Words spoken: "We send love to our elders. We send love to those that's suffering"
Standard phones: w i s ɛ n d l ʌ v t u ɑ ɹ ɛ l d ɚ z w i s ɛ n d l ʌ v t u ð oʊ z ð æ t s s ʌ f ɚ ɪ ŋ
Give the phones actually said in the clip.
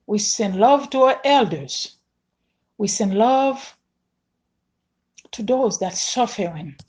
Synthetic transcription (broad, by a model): w i s ɛ n d l ʌ v t u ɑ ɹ ɛ l d ɚ z w i s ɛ n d l ʌ v t u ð oʊ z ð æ t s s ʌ f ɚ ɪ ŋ